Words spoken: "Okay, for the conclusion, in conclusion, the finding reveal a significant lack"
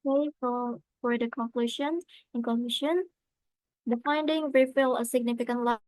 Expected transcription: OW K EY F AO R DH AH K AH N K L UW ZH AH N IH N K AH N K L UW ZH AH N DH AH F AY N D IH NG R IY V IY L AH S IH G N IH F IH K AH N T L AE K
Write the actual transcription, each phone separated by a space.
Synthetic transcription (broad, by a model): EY F AO R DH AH K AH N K L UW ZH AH N IH N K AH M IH SH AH N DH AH F AY N D IH NG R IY F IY L AH S IH G N IH F IH K AH N T L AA